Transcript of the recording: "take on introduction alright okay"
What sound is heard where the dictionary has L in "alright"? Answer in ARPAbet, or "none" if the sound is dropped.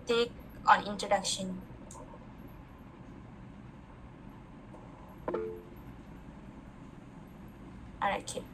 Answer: none